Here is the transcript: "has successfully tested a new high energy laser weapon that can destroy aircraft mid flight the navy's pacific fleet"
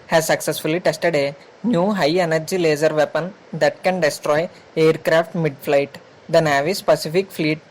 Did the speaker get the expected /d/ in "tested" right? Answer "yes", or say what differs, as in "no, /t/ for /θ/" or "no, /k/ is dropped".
yes